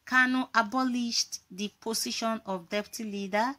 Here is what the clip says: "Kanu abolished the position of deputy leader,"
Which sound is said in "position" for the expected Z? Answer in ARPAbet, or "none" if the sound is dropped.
S